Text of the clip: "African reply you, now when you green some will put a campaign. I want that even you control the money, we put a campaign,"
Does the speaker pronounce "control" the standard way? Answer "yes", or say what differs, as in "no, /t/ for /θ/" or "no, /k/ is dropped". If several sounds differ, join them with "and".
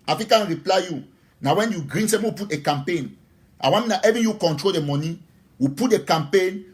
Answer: yes